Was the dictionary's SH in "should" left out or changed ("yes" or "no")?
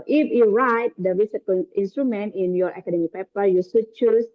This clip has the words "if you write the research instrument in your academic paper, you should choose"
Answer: yes